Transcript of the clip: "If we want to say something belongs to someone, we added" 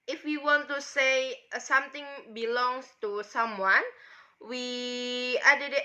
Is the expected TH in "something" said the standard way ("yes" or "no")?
no